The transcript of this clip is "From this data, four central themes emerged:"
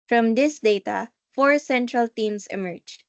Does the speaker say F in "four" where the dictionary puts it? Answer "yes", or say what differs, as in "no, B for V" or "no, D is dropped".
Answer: yes